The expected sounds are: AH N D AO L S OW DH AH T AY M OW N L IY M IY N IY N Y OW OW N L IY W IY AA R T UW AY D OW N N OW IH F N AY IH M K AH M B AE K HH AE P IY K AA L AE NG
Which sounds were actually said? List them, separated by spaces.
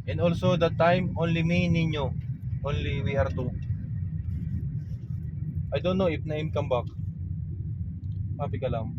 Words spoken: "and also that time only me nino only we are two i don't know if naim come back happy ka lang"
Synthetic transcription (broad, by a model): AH N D AO L S OW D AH T AY M OW N L IY M IY N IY N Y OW OW N L IY W IY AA R T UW AY D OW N N OW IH P N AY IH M K AH M B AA K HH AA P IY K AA L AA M